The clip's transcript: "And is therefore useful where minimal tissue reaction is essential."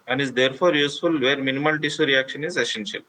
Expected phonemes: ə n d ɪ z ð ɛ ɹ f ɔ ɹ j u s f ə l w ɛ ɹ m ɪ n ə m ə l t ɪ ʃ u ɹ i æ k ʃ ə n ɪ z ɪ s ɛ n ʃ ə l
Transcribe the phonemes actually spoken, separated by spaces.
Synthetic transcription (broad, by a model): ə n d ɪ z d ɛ ɹ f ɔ ɹ j u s f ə l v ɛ ɹ m ɪ n ə m ə l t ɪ s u ɹ i æ k ʃ ə n ɪ z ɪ s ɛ n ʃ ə l